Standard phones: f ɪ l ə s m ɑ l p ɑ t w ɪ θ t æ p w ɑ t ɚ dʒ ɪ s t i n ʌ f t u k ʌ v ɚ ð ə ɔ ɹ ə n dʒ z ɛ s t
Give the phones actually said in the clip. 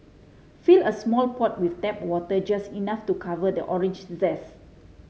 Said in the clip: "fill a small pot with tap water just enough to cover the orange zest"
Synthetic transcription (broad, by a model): f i l ə s m ɑ l p ɑ t w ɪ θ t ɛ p w ɑ t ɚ dʒ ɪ s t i n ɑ f t u k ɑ v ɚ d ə ɔ ɹ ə n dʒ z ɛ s